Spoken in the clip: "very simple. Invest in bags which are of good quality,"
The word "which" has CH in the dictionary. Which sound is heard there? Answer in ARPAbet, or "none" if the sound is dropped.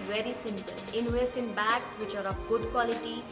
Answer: CH